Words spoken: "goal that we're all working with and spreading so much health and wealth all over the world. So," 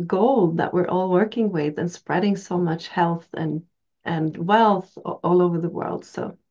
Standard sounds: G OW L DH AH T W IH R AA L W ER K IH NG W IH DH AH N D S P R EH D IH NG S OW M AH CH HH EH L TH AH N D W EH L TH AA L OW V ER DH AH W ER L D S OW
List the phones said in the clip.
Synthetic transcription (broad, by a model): G OW L DH AH T W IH R AA L W ER K IH NG W IH DH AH N S P R EH D IH NG S OW M AH CH HH EH L TH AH N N W EH L TH AA L OW V ER DH AH W ER L D S OW